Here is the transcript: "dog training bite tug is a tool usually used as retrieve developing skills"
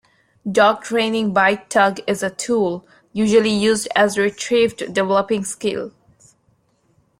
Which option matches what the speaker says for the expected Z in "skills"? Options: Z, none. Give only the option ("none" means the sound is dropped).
none